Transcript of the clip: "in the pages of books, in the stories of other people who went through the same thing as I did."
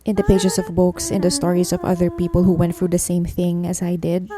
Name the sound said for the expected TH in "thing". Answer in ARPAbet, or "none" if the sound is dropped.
TH